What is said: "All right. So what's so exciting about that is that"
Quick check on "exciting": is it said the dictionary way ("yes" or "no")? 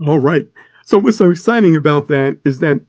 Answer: no